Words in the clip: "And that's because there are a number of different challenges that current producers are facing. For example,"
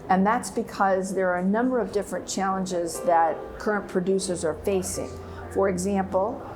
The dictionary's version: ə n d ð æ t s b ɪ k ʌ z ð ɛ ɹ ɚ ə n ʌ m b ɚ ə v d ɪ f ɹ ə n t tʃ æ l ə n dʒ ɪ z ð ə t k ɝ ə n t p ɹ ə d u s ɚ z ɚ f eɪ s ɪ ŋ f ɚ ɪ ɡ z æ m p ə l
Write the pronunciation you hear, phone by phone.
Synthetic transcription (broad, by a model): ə n ð æ t s b ɪ k ʌ z ð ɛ ɹ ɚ ə n ʌ m b ɚ ə v d ɪ f ɹ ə n tʃ æ l ə n dʒ ɪ z ð ə t k ɝ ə n p ɹ ə d u s ɚ z ɚ f eɪ s ɪ ŋ f ɚ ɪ ɡ z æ m p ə l